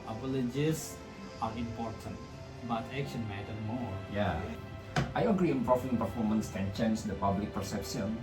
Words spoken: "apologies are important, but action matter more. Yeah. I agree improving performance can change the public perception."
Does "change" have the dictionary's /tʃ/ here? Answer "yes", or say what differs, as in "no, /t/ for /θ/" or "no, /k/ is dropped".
no, /ʃ/ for /tʃ/